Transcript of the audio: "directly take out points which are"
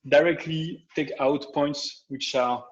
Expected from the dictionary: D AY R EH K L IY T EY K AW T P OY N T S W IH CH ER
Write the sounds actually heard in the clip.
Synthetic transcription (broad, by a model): D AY R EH K L IY T EY K AW T P OY N T S W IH CH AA